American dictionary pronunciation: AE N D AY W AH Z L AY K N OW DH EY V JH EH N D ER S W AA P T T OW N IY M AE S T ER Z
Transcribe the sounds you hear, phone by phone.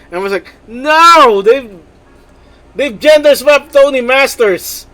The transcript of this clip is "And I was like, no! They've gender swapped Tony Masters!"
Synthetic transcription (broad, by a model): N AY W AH S L AY K N OW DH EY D JH EH N D ER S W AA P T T OW N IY M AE S T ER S